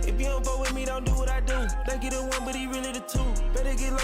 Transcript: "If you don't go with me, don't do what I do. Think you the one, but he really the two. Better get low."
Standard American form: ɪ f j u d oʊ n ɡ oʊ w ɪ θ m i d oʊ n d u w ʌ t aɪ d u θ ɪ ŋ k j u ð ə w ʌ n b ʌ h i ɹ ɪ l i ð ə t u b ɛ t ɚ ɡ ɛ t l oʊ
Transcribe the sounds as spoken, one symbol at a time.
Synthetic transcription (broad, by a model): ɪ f j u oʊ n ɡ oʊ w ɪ m i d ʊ n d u w ʌ t aɪ d u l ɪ k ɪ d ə w ʌ n b ʌ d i ɹ ɪ l i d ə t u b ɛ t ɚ ɡ ɛ t l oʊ